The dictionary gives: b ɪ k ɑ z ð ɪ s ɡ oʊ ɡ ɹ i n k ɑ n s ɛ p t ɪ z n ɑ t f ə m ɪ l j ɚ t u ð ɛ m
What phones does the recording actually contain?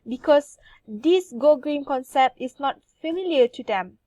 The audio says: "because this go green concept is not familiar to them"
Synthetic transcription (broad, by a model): b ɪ k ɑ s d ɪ s ɡ oʊ ɡ ɹ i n k ɑ n s ɛ p t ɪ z n ɑ t f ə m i l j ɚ t u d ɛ m